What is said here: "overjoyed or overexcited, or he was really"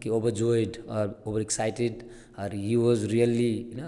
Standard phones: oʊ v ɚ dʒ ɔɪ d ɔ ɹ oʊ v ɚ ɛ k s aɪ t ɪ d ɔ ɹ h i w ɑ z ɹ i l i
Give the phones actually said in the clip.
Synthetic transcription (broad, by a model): oʊ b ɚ dʒ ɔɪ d ɔ ɹ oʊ b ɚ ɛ k s aɪ t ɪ d ɔ ɹ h i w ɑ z ɹ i l i